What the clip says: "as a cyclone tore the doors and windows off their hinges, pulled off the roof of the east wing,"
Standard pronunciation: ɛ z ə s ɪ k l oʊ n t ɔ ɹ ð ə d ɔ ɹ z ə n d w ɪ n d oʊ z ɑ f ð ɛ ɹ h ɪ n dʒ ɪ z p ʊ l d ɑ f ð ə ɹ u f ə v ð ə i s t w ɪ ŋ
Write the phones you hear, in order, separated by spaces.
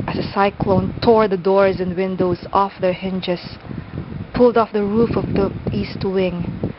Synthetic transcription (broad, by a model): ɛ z ə s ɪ k l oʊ n t ɔ ɹ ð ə d ɔ ɹ z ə n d w ɪ n d oʊ z ɑ f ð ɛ ɹ h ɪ n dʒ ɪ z p ʊ l d ɑ f ð ə ɹ u f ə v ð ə i s t w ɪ ŋ